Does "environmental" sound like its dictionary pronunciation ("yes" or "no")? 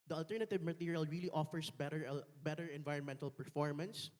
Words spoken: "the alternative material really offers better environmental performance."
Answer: yes